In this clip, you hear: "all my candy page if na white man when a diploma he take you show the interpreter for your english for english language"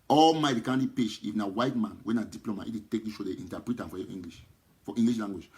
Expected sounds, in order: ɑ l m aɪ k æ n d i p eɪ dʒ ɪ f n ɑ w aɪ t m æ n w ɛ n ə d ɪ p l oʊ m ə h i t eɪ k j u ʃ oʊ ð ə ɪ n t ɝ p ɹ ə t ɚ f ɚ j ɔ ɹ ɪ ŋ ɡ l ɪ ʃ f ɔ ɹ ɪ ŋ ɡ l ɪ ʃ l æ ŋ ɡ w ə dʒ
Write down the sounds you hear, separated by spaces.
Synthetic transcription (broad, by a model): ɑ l m aɪ k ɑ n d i p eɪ ʃ ɪ f n ɑ w aɪ t m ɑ n w ɛ n ə d ɪ p l oʊ m ə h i t eɪ k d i ʃ oʊ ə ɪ n t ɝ p ɹ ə t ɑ f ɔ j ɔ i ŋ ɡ l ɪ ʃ f ɔ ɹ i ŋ ɡ l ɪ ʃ l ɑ ŋ ɡ w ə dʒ